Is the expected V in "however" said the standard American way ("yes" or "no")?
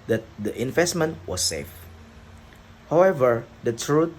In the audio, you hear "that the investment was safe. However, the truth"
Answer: yes